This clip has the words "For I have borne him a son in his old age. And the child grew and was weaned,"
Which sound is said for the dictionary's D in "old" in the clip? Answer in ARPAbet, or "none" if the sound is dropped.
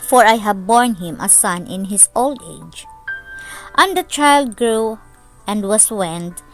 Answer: D